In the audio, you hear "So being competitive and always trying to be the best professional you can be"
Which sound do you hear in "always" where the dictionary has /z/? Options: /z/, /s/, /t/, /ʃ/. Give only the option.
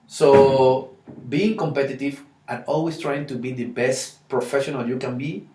/s/